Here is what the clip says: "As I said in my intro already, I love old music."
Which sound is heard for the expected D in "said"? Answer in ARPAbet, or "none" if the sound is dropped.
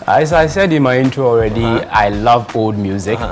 D